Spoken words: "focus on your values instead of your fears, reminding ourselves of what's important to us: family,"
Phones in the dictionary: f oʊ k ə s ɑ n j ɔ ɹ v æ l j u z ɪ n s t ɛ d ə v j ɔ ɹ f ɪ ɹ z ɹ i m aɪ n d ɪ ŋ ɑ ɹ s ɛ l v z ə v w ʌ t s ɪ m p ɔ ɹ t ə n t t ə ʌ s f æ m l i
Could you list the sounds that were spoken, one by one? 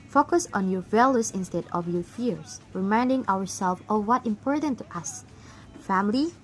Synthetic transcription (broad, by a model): f oʊ k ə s ɑ n j ɔ ɹ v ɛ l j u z ɪ n s t ɛ d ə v j ɔ ɹ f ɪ ɹ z ɹ i m aɪ n d ɪ ŋ ɑ ɹ s ɛ l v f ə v w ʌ t ɪ m p ɔ ɹ t ə n t t ə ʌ s f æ m l i